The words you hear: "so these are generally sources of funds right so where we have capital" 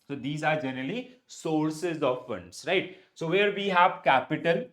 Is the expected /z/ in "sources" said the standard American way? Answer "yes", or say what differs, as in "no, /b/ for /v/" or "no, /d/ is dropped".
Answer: yes